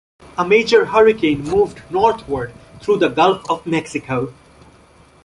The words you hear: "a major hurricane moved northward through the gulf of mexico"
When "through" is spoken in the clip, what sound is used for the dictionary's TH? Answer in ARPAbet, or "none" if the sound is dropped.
T